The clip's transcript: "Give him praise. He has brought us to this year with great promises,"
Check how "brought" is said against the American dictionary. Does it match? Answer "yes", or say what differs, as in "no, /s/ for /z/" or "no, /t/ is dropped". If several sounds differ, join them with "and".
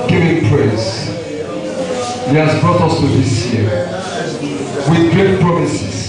no, /ɹ/ is dropped